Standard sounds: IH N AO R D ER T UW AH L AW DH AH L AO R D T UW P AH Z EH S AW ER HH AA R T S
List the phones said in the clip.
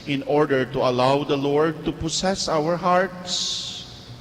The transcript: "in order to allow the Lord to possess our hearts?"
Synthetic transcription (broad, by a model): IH N AO R D ER T UW AH L AW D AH L AO R D T UW P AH S EH S AW ER HH AA R T S